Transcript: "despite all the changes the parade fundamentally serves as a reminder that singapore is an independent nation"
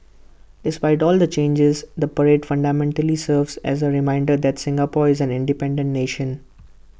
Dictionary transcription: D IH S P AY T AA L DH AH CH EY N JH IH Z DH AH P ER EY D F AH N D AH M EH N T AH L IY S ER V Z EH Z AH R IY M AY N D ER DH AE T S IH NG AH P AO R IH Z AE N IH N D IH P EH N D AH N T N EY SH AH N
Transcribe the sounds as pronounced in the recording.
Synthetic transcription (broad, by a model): D IH S P AY T AA L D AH CH EY N JH IH Z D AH P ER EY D F AH N D AH M EH N T AH L IY S ER V Z EH Z AH R IY M AY N D ER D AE T S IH NG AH P AO R IH Z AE N IH N D IH P EH N D AH N T N EY SH AH N